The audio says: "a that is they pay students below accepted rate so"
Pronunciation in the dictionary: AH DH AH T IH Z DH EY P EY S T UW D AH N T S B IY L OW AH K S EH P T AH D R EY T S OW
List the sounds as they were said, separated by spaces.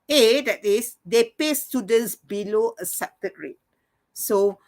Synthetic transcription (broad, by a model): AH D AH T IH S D EY P EY S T UW D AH N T S B IY L OW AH S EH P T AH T R EY T S OW